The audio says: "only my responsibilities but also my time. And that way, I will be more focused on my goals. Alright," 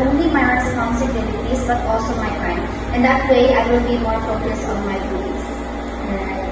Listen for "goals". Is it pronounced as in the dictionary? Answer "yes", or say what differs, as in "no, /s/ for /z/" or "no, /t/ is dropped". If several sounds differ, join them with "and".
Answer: no, /z/ is dropped